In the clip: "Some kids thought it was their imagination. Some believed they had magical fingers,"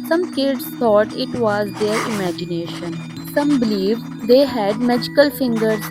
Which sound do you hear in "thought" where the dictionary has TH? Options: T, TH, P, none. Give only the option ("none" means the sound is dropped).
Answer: T